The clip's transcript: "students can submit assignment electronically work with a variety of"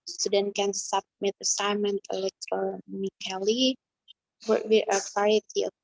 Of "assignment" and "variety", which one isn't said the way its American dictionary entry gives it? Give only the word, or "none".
variety